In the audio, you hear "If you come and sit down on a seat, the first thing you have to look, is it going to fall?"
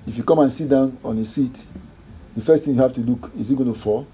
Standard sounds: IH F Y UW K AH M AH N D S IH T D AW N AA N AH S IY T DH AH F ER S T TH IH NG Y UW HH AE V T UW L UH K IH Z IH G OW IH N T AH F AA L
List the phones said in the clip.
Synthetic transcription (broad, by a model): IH F Y UW K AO M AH N S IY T D AW N AA N AH S IY T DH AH F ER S T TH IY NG Y UW HH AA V T UW L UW K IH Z IH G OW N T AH F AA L